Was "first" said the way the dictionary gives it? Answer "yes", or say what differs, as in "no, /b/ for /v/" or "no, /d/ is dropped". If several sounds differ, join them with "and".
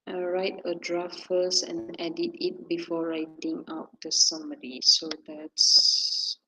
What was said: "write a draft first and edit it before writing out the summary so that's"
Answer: no, /t/ is dropped